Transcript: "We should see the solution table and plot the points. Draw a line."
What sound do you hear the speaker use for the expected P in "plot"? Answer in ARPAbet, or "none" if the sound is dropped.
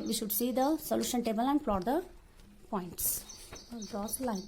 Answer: F